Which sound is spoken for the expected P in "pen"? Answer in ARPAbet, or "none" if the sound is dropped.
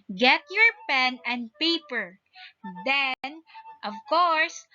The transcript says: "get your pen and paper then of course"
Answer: P